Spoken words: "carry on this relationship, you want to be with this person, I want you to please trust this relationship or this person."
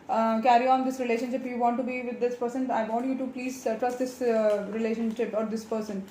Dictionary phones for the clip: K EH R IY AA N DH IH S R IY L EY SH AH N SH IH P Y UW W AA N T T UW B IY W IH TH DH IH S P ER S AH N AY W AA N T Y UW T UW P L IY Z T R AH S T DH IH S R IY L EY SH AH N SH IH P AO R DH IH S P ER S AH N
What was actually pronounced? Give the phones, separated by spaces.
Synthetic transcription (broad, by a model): K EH R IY AA N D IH S R IY L EY SH AH N SH IH P Y UW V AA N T T UW B IY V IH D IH S P ER S AH N AY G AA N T Y UW T UW P L IY Z T R AH S T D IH S R IY L EY SH AH N SH IH P AO R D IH S P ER S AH N